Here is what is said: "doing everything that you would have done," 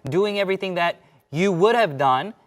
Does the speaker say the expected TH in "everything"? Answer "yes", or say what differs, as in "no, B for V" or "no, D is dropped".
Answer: yes